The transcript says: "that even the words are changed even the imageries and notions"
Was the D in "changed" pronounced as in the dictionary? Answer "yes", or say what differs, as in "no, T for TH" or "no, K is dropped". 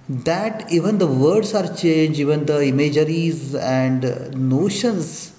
no, D is dropped